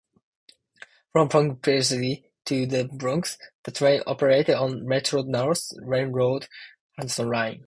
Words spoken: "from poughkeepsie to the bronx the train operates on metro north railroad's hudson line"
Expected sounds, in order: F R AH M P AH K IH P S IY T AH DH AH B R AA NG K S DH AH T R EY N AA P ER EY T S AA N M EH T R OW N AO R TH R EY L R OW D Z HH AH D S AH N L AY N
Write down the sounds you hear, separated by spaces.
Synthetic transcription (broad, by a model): F R AH M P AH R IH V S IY T AH DH AH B R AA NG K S DH AH T R EY N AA P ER EY T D N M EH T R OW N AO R S R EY N R OW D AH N S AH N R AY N